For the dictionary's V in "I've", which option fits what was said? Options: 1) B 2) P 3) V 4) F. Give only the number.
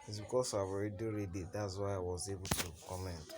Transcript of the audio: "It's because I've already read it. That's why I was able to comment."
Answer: 1